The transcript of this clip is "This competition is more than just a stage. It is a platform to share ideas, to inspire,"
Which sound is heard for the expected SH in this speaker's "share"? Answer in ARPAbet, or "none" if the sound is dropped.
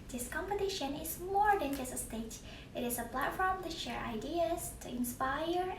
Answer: SH